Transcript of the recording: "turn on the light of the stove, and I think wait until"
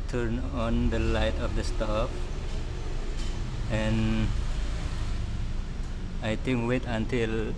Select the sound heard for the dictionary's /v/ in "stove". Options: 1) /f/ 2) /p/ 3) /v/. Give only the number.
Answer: 2